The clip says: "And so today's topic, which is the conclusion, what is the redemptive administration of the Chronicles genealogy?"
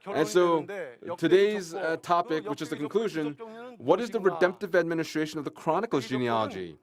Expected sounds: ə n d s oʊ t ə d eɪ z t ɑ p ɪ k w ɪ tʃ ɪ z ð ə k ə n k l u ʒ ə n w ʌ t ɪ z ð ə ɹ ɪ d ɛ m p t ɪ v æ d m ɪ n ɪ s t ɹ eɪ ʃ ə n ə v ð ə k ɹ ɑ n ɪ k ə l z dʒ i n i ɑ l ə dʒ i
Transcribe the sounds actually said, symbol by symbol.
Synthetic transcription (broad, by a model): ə n s oʊ t ə d eɪ z t ɑ p ɪ k w ɪ tʃ ɪ z ð ə k ə n k l u ʒ ə n w ʌ t ɪ z ð ə ɹ ɪ d ɛ m p t ɪ v æ d m ɪ n ɪ s t ɹ eɪ ʃ ə n ə v ð ə k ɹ ɑ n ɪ k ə l dʒ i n i ɑ l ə dʒ i